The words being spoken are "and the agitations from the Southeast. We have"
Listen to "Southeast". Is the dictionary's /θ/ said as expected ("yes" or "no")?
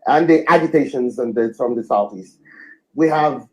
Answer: yes